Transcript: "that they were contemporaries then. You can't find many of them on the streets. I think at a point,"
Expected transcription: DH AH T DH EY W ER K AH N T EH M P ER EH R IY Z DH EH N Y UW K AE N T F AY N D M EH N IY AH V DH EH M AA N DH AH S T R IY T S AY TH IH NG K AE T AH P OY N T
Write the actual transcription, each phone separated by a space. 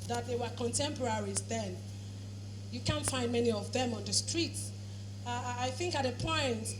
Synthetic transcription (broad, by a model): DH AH T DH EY W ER K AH N T EH M P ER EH R IY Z DH EH N Y UW K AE N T F AY N D M EH N IY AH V DH EH M AA N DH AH S T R IY T S AY TH IH NG K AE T AH P OY N T